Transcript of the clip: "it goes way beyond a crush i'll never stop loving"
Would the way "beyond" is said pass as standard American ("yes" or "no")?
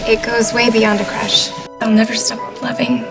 yes